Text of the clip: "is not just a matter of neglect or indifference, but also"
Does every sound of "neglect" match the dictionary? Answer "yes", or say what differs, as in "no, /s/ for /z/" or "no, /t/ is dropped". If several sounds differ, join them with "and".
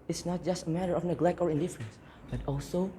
yes